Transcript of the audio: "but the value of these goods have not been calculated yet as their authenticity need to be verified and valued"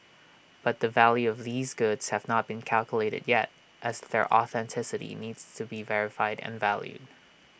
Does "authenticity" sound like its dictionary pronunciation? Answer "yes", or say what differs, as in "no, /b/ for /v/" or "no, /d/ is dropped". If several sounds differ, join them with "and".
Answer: yes